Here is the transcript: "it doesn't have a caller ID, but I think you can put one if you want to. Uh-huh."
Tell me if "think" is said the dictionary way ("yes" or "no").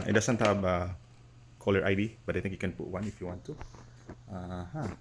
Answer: no